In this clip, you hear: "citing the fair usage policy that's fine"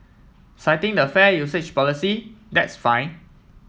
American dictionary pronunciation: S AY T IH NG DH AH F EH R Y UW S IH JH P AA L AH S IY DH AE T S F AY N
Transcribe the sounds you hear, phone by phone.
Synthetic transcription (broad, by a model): S AY T IH NG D AH F EH Y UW S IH CH P AA L AH S IY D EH T S F AY N